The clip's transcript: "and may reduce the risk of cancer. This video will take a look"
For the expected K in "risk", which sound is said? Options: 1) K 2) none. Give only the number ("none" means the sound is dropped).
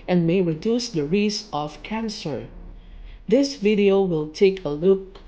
2